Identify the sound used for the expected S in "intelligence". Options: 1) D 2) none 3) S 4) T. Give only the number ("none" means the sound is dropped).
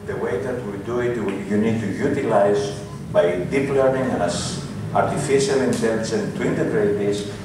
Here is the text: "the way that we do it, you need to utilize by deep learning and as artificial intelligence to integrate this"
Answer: 2